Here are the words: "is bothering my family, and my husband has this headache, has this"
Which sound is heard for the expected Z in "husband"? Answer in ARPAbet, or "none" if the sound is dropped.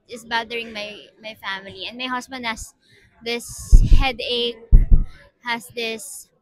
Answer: S